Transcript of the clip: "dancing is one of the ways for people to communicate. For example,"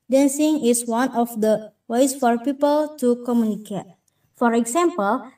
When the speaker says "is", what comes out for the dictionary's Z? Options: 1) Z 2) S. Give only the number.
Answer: 2